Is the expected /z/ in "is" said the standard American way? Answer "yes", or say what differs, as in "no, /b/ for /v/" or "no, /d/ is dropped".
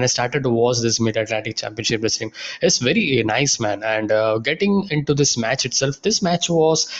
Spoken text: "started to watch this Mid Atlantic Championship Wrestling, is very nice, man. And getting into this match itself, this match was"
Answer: no, /s/ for /z/